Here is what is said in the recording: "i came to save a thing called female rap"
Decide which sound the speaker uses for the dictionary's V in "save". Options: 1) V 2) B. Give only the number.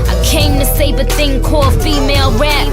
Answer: 2